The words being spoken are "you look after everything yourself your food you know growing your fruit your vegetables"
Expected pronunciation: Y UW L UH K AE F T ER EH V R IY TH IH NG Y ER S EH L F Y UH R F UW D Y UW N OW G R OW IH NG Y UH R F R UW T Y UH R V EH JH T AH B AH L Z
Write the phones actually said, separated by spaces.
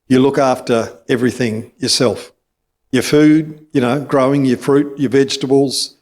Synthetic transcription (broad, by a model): Y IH L UH K AE F T ER EH V R IY TH IH NG Y ER S EH L F Y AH R F UW D Y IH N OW G R OW IH NG Y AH R F R UW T Y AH R V EH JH T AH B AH L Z